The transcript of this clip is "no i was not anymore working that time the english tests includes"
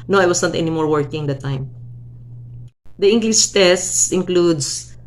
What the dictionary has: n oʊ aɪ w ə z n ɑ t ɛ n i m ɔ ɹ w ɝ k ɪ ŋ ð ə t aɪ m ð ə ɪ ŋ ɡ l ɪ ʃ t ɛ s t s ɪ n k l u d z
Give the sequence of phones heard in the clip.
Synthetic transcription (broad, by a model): n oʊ aɪ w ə s n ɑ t ɛ n i m ɔ ɹ w ɝ k ɪ ŋ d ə t aɪ m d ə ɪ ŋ ɡ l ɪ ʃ t ɛ s t s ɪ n k l u d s